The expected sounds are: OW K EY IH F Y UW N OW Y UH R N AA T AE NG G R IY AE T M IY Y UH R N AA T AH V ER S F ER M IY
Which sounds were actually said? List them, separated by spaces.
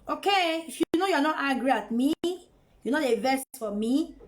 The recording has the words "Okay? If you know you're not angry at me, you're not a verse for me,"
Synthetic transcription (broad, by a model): OW K EY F Y UW N OW Y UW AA N AA T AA G R IY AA T M IY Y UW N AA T AH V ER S F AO M IY